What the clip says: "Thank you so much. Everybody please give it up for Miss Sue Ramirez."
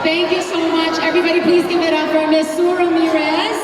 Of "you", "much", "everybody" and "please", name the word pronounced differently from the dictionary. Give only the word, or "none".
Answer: none